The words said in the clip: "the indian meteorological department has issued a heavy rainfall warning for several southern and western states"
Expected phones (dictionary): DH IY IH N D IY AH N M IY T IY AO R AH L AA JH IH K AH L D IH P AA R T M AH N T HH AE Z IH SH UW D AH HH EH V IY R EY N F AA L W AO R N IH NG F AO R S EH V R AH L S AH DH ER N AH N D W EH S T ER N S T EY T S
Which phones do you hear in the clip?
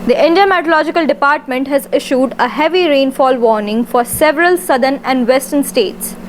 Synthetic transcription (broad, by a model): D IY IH N D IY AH M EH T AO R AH L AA JH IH K AH L D IH P AA R T M AH N T HH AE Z IH SH UW D AH HH EH V IY R EY N F AA L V AO R N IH NG F AO R S EH V R AH L S AH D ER N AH N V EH S T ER N S T EY T S